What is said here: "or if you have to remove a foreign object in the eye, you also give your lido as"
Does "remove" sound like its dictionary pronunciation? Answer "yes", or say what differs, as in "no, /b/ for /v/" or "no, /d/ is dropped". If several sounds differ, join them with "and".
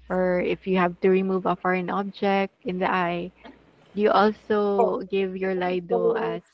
yes